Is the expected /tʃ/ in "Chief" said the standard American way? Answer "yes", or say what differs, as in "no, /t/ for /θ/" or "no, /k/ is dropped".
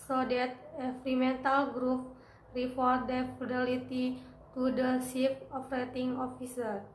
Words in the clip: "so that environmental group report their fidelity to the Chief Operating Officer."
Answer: no, /s/ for /tʃ/